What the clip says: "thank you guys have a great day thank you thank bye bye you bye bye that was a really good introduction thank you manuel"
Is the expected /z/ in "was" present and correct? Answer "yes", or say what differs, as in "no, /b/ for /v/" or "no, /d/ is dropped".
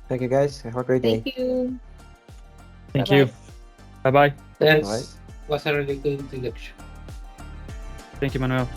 no, /s/ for /z/